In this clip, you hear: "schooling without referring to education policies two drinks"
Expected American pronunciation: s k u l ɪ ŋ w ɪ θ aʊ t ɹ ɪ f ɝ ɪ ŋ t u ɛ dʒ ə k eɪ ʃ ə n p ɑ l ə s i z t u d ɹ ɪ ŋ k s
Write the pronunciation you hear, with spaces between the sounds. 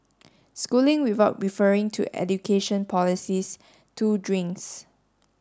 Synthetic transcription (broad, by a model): s k u l ɪ ŋ w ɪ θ aʊ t ɹ ɪ f ɝ ɪ ŋ t u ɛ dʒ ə k eɪ ʃ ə n p ɑ l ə s i s t u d ɹ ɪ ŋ k s